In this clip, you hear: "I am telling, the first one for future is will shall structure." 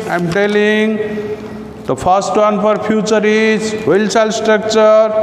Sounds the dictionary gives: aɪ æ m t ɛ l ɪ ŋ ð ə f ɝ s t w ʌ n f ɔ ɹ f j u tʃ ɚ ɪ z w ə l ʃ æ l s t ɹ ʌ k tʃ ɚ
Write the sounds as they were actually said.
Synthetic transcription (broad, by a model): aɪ m t ɛ l ɪ ŋ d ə p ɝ s t w ʌ n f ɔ ɹ p j u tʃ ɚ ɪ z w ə l s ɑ l s t ɹ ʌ k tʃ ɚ